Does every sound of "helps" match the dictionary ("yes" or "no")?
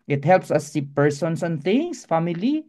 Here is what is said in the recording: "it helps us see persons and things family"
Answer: yes